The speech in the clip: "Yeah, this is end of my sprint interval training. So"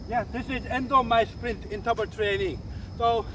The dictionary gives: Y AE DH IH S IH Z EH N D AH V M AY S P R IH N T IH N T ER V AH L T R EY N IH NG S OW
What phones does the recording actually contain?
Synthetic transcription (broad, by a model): Y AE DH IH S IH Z EH N D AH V M AY S P R IH N T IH N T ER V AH T R EY N IH NG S OW